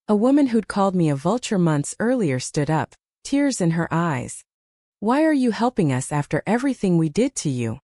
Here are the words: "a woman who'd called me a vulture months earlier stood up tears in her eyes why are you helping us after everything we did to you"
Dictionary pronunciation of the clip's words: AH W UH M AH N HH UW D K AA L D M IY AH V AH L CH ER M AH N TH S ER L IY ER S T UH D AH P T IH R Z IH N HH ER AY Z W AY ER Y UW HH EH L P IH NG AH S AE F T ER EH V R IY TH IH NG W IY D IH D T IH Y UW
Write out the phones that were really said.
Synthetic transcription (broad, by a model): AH W UH M AH N HH UW D K AA L D M IY AH V AH L CH ER M AH N TH S ER L IY ER S T UH D AH P T IH R Z IH N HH ER AY Z W AY ER Y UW HH EH L P IH NG AH S AE F T ER EH V R IY TH IH NG W IY D IH D T IH Y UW